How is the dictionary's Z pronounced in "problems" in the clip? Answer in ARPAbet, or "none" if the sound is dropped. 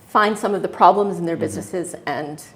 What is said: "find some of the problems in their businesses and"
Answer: Z